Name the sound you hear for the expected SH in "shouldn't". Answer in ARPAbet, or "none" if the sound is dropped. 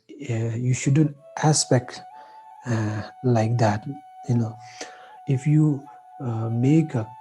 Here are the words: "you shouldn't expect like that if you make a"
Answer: SH